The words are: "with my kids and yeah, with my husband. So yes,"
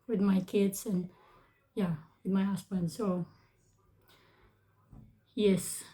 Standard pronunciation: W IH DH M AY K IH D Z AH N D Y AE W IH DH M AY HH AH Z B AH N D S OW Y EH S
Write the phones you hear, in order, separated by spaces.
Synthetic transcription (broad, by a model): W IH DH M AY K IH D Z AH N Y AE W IH DH M AY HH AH S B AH N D S OW Y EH S